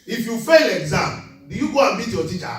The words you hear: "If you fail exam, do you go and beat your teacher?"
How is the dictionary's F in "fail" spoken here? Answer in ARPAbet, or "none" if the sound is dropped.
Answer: F